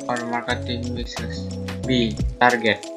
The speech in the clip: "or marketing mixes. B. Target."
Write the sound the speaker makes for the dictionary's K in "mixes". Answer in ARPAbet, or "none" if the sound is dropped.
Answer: none